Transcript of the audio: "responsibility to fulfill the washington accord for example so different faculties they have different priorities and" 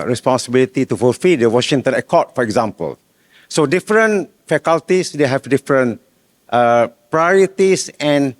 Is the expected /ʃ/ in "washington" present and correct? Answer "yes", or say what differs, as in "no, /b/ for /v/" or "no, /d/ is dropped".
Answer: yes